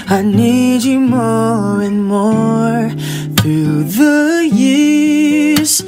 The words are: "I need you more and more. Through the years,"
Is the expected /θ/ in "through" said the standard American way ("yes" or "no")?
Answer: yes